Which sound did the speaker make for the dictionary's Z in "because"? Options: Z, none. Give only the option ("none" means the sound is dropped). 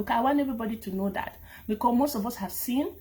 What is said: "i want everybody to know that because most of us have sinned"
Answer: none